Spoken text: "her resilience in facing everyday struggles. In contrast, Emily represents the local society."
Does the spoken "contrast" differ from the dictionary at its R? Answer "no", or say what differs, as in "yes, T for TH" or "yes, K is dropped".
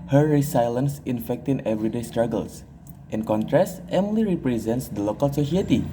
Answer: no